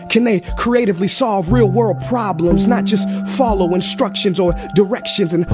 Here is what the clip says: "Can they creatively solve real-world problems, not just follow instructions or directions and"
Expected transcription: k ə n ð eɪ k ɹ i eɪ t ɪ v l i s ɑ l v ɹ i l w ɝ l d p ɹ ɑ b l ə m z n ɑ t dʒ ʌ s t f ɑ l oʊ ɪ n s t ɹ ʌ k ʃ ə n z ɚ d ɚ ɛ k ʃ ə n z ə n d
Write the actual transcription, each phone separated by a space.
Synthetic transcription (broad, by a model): k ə n ð eɪ k ɹ i eɪ t ɪ v l i s ɑ l v ɹ i l w ɝ l d p ɹ ɑ b l ə m z n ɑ t dʒ ʌ s t f ɑ l oʊ ɪ n s t ɹ ʌ k ʃ ə n z ɚ d ɚ ɛ k ʃ ə n z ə n